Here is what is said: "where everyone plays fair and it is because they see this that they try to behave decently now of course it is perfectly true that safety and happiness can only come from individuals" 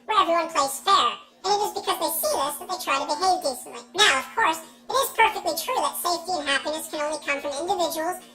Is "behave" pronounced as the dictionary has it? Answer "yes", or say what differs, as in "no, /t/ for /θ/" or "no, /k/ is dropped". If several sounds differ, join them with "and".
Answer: yes